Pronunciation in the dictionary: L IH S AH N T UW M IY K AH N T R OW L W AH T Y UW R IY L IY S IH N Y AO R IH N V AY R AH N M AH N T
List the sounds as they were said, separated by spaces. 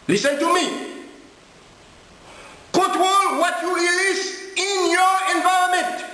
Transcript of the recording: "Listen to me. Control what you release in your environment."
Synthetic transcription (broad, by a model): L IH S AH N T UW M IY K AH T W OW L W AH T Y UW R IY L IY S IH N Y AO R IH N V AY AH M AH N T